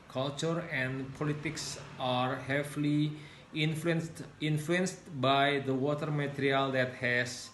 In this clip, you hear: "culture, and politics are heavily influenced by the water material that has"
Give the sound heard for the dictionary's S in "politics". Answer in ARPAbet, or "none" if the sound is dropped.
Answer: S